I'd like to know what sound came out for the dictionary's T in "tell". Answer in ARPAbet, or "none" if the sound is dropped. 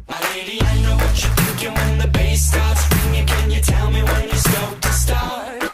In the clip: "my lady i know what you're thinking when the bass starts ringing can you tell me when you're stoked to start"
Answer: T